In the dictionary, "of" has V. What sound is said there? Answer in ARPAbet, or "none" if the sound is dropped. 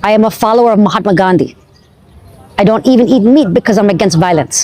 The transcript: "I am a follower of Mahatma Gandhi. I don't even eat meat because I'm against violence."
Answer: V